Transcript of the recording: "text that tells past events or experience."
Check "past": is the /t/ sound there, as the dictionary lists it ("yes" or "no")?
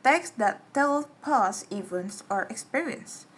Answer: no